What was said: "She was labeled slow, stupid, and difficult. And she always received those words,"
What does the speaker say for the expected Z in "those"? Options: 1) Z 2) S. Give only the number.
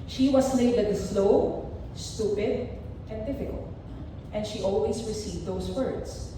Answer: 2